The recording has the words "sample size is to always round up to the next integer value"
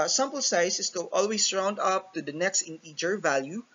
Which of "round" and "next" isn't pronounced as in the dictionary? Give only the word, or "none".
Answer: none